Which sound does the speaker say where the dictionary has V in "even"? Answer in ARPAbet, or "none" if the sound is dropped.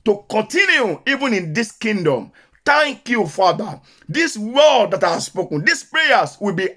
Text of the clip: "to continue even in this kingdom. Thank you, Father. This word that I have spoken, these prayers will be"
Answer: V